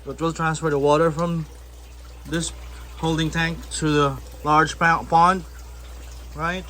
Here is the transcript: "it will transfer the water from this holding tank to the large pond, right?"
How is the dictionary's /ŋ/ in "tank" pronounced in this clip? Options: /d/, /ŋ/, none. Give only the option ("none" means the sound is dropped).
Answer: /ŋ/